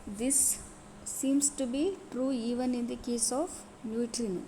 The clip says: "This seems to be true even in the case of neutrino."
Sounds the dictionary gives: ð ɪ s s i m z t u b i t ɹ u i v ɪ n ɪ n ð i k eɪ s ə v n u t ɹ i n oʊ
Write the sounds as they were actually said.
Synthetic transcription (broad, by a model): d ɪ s s i m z t u b i t ɹ u i v ɪ n ɪ n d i k eɪ s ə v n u t ɹ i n